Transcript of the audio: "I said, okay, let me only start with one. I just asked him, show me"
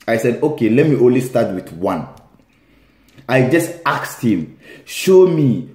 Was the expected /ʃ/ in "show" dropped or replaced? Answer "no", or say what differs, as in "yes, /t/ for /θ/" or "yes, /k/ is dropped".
no